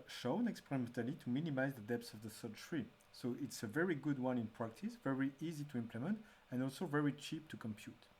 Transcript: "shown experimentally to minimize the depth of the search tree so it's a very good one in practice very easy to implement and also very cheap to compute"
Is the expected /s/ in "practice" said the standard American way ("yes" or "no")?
yes